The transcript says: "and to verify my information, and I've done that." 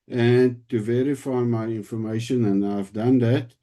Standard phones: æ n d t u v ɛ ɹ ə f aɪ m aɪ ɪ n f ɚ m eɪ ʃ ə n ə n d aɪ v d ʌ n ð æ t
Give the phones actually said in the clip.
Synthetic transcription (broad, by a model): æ n t u v ɛ ɹ ə f aɪ m aɪ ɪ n f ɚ m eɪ ʃ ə n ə n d aɪ v d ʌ n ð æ t